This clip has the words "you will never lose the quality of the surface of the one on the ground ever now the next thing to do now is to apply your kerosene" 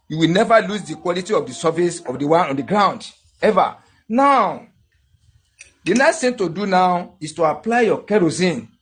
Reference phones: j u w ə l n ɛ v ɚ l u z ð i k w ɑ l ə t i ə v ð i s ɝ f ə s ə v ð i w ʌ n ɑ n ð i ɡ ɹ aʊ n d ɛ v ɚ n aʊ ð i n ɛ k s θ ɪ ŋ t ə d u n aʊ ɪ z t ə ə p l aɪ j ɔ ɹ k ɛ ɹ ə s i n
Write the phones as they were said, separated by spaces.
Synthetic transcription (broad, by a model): j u w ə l n ɛ v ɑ l u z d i k w ɑ l ə t i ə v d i s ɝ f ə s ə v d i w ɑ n ɑ n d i ɡ ɹ aʊ n d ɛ v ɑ n aʊ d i n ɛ s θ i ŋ t ə d u n aʊ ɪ s t ə ə p l aɪ j ɔ k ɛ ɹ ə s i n